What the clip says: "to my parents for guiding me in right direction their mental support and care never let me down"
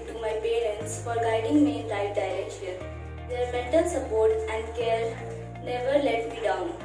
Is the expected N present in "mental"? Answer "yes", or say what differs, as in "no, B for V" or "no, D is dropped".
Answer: no, N is dropped